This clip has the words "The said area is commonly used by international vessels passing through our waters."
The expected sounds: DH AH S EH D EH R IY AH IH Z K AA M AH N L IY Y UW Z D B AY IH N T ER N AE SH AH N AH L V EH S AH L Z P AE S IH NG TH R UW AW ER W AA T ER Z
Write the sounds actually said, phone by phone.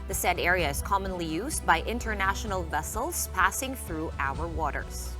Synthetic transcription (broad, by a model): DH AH S EH D EH R IY AH IH Z K AA M AH N L IY Y UW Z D B AY IH N T ER N AE SH AH N AH L V EH S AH L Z P AE S IH NG TH R UW AW ER W AA T ER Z